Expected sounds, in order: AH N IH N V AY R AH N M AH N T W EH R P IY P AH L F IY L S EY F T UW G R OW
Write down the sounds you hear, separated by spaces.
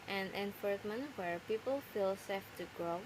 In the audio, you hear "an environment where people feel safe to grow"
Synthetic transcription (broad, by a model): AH N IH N F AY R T M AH N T W EH R P IY P AH L F IY L S EY F T UW G R OW